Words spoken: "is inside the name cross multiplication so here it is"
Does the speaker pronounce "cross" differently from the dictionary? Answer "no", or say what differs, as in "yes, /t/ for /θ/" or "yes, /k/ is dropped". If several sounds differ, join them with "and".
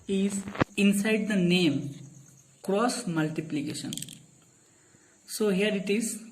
no